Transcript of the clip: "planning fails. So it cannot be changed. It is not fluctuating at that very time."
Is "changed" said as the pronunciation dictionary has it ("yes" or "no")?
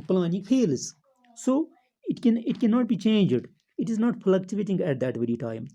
yes